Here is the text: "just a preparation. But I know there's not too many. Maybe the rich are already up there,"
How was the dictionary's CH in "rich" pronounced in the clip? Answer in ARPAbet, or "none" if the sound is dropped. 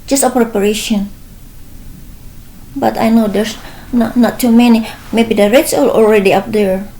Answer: S